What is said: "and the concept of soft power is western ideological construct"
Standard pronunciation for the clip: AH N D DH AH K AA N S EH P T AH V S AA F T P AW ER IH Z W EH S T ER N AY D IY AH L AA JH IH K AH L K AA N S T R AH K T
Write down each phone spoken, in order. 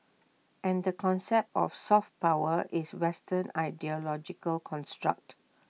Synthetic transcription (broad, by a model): AH N D AH K AA N S EH P T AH F S AA F T P AW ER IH S W EH S T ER N AY D IY AH L AA JH IH K AH L K AA N S T R AH K T